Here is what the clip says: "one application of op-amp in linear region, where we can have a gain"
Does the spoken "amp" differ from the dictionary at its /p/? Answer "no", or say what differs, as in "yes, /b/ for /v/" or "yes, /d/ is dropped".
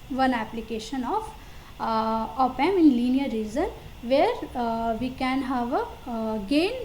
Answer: yes, /p/ is dropped